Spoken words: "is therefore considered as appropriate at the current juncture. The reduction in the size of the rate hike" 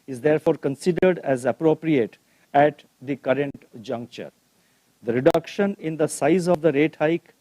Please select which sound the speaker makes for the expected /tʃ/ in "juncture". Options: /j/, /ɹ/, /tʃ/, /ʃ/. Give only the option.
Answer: /tʃ/